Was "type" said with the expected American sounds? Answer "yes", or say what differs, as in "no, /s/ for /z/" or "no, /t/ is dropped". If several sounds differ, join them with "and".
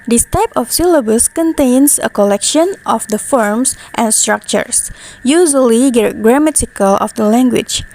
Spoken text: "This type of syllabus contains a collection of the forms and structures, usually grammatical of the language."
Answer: yes